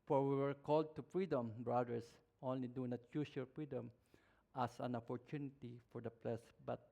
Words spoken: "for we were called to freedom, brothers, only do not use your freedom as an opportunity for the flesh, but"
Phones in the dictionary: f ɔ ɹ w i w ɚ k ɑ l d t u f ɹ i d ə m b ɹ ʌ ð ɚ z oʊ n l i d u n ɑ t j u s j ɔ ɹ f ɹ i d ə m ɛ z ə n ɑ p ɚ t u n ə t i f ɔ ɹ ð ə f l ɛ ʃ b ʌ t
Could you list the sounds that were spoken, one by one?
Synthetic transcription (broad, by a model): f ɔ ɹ w i w ɚ k ɑ l d t u f ɹ i d ə m b ɹ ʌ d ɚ s oʊ n l i d u n ɑ t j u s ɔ l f ɹ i d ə m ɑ s ə n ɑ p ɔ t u n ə t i f ɔ ɹ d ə p l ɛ s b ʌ t